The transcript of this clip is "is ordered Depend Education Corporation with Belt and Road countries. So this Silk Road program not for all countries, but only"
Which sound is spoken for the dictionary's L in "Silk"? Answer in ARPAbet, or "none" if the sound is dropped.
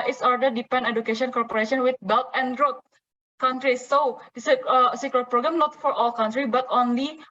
none